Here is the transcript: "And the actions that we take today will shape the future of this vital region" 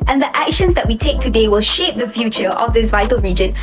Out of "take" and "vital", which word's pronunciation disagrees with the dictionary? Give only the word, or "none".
none